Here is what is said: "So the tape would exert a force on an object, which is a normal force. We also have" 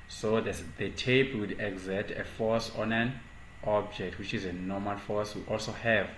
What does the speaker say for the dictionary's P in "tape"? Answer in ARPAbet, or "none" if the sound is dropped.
B